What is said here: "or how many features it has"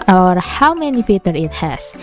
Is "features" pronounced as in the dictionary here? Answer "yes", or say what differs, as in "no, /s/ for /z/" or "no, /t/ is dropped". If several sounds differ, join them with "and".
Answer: no, /z/ is dropped